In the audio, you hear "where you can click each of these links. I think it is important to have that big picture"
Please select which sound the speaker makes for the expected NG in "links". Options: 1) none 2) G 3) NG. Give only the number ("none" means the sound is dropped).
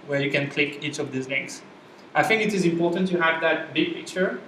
1